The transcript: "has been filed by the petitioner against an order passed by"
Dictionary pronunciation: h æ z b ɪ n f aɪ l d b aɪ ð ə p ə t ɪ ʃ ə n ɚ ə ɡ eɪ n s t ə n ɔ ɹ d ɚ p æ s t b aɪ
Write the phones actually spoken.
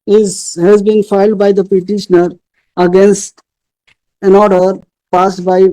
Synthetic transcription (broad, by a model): h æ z b ɪ n f aɪ l d b aɪ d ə p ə t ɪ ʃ ə n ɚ ə ɡ eɪ n s t ə n ɔ ɹ d ɚ p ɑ s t b aɪ